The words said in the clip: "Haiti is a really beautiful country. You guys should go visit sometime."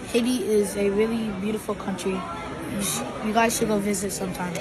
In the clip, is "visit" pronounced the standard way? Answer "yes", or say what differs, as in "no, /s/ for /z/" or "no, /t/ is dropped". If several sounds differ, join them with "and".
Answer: yes